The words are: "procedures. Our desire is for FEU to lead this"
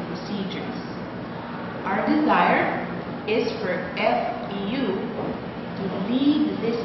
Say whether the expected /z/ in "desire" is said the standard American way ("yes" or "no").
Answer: yes